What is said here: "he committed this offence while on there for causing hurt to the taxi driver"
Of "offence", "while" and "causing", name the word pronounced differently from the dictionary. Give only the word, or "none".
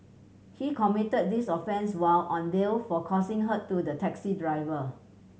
causing